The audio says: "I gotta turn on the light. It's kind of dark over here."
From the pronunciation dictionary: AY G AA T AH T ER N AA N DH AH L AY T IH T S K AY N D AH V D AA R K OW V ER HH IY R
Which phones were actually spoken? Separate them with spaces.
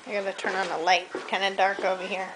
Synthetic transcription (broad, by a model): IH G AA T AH T ER N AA N DH AH L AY IH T K AY N D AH D AA R K OW V ER HH IY R